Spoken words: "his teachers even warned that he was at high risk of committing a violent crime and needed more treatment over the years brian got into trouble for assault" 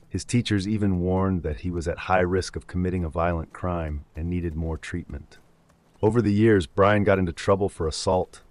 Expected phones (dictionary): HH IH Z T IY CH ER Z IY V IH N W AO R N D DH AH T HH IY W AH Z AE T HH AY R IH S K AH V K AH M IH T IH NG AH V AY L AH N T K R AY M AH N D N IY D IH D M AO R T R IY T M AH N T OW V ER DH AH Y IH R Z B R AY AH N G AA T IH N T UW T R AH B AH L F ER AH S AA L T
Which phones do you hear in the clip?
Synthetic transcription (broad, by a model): HH IH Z T IY CH ER Z IY V IH N W AO R N DH AH T HH IY W AH Z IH T HH AY R IH S K AH V K AH M IH T IH NG AH V AY L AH N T K R AY M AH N N IY D IH D M AO R T R IY T M AH N T OW V ER DH AH Y IH R Z B R AY AH N G AA T IH N T UW T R AH B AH L F ER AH S AA L T